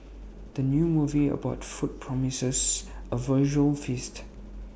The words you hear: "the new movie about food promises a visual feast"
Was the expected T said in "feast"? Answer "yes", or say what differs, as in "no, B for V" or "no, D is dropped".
yes